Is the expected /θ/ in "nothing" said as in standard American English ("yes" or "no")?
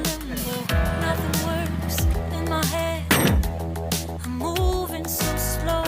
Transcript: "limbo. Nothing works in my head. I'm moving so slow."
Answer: yes